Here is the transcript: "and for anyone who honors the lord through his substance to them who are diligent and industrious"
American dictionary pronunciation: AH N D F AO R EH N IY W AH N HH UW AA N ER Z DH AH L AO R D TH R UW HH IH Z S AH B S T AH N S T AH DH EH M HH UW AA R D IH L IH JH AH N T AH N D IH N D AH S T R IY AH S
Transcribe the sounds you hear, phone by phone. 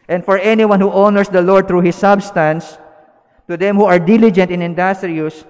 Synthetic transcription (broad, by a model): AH N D F AO R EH N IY W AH N HH UW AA N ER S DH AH L AO R D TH R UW HH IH S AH B S T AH N S T AH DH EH M HH UW AA R D IH L IH JH AH N T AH N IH N D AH S T R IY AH S